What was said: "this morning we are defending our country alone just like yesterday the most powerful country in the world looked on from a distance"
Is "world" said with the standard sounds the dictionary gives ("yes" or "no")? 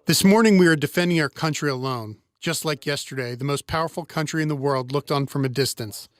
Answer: yes